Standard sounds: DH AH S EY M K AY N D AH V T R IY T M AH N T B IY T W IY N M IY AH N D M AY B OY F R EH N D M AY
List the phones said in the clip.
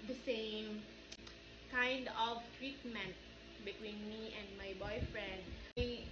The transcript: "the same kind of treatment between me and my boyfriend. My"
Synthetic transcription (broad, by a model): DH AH S EY M K AY N D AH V T R IY T M AH N T B IY T W IY N M IY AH N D M AY B OY F R EH N D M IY